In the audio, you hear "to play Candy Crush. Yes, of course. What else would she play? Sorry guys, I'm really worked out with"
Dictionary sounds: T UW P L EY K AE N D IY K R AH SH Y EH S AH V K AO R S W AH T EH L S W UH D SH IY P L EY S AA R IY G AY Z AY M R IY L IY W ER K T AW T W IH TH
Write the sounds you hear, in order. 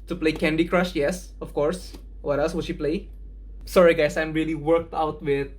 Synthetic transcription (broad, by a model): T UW P L EY K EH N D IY K R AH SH Y EH S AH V K AO R S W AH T EH L S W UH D SH IY P L EY S AA R IY G AY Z AY M R IY L IY W ER K T AW T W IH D